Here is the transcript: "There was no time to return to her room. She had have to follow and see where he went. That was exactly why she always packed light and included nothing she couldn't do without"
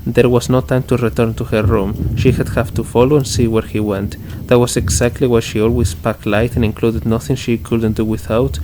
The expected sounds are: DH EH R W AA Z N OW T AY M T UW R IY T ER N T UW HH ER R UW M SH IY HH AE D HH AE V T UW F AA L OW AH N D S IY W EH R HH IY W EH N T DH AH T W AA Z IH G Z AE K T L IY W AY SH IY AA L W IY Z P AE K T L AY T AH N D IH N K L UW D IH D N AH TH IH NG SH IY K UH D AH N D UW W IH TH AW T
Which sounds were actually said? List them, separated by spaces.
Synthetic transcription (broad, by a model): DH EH R W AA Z N OW T AY M T UW R IY T ER N T UW HH ER R UW M SH IY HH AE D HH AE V T UW F AA L OW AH N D S IY W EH R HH IY W EH N T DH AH T W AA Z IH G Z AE K T L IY W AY SH IY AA L W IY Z P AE K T L AY T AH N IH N K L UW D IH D N AH TH IH NG SH IY K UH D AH N D UW W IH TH AW T